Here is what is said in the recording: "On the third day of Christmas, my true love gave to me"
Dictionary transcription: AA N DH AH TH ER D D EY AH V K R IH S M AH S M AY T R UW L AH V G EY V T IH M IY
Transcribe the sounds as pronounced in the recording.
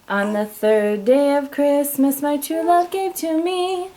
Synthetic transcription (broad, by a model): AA N DH AH TH ER D D EY AH V K R IH S M AH S M AY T UW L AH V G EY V T IH M IY